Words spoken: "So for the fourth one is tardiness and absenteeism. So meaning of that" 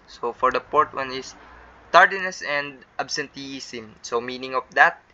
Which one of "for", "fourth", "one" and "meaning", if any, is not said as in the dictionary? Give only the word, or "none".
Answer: fourth